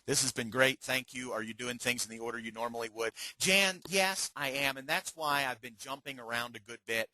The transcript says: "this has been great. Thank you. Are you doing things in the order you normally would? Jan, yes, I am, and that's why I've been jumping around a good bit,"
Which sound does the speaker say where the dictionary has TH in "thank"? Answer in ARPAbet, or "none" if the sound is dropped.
TH